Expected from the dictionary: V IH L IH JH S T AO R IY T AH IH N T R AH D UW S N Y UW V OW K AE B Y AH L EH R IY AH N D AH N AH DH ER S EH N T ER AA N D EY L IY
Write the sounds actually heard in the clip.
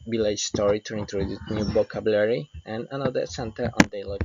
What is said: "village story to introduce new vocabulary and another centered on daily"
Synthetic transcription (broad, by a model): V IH L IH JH S T AO R IY T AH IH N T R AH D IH N Y UW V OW K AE B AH L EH R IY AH N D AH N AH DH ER S EH N T ER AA N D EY L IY